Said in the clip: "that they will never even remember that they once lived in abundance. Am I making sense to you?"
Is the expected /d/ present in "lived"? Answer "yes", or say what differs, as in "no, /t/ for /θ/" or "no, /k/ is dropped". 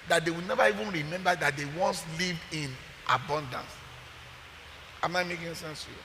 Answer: no, /d/ is dropped